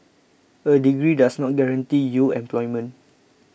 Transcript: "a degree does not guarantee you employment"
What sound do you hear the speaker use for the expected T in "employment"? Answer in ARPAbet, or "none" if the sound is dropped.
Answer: none